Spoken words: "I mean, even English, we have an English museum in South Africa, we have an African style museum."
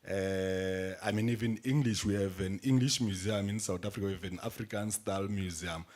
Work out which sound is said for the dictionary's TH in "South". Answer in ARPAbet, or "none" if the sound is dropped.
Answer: T